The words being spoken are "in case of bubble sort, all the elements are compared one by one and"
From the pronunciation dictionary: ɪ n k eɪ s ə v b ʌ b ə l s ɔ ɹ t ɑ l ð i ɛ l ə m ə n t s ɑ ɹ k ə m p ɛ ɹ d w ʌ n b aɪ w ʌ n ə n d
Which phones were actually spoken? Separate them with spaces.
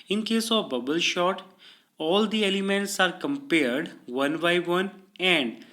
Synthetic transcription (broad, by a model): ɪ n k eɪ s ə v b ʌ b ə l ʃ ɔ t ɑ l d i ɛ l ə m ə n t s ɑ ɹ k ə m p ɛ ɹ d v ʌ n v aɪ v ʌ n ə n d